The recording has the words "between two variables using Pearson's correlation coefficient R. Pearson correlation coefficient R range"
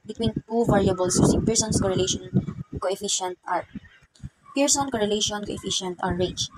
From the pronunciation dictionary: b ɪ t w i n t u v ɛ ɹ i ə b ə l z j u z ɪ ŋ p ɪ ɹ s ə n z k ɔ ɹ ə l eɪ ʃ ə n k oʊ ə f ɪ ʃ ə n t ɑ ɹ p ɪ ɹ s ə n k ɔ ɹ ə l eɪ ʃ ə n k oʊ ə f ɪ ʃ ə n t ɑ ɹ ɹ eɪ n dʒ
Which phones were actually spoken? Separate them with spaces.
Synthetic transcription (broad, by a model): b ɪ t w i n t u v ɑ ɹ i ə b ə l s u s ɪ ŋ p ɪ ɹ s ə n s k ɔ ɹ ə l eɪ ʃ ə n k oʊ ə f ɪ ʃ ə n t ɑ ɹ p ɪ ɹ s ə n k ɔ ɹ ə l eɪ ʃ ə n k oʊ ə f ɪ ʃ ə n t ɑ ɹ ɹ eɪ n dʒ